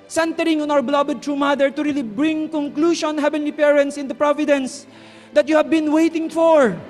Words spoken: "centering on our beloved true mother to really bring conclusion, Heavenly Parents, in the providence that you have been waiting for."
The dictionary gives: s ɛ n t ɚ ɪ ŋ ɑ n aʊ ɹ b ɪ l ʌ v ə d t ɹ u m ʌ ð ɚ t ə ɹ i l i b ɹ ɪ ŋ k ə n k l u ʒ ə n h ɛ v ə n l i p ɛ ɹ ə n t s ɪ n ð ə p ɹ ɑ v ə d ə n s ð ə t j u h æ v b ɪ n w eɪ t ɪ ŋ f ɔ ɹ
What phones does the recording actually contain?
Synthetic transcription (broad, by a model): s ɛ n t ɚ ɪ ŋ ɑ n aʊ ɹ b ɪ l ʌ b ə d t ɹ u m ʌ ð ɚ t ə ɹ i l i b ɹ ɪ ŋ k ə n k l u ʃ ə n h ɛ v ə n l i p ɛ ɹ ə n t s ɪ n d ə p ɹ ɑ v ə d ə n s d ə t j u h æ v b ɪ n w eɪ t ɪ ŋ f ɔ ɹ